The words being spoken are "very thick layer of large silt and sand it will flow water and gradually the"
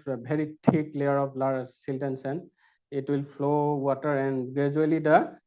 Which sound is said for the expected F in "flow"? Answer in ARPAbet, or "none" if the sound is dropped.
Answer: P